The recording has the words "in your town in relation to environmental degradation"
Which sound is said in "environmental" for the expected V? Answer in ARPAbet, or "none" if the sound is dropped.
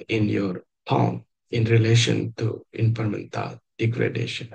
P